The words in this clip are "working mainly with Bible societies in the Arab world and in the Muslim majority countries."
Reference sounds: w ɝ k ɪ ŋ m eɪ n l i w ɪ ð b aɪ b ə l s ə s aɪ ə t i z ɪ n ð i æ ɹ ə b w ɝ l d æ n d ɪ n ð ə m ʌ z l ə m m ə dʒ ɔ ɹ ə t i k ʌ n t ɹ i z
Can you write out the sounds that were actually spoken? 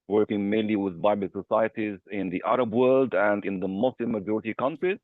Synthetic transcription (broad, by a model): w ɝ k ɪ ŋ m eɪ n l i w ɪ ð b aɪ b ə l s ə s aɪ ə t i z ɪ n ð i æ ɹ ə b w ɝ l d æ n d ɪ n ð ə m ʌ s l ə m m ə dʒ ɔ ɹ ə t i k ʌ n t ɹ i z